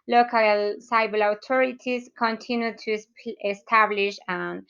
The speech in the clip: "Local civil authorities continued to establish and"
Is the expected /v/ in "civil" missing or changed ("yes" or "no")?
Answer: yes